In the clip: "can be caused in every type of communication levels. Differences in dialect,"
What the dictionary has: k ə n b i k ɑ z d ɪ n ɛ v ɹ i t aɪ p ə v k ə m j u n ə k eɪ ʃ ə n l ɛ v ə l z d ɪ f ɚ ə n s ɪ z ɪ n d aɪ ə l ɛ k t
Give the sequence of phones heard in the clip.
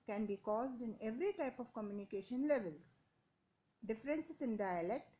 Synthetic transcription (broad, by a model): k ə n b i k ɑ z d ɪ n ɛ v ɹ i t aɪ p ə v k ə m j u n ə k eɪ ʃ ə n l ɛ v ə l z d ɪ f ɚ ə n s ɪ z ɪ n d aɪ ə l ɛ k t